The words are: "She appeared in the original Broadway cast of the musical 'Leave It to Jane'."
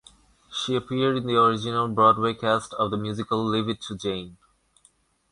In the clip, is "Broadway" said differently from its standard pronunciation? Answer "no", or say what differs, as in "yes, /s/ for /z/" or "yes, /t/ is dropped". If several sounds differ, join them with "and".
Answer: no